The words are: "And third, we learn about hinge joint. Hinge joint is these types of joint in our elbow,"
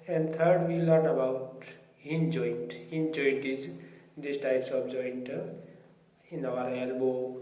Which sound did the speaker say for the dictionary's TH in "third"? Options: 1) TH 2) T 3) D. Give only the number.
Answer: 2